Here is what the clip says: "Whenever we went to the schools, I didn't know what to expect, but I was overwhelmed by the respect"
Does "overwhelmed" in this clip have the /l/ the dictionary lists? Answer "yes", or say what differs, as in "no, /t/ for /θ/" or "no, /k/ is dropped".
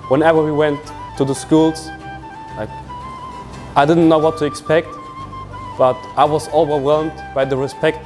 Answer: yes